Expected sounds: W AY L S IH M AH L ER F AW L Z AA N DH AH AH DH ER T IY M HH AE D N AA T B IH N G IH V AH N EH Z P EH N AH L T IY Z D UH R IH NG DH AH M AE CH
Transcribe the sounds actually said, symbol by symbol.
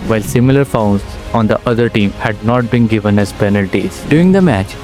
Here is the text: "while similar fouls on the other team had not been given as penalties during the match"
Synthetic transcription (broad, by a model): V AY L S IH M AH L ER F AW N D AA N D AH AH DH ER T IY M HH AE D N AA T B IH N G IH V AH N EH Z P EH N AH L T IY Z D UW IH NG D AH M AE CH